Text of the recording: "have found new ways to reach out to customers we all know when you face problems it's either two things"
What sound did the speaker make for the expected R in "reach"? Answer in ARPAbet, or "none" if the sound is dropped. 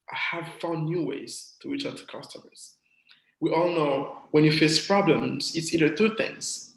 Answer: W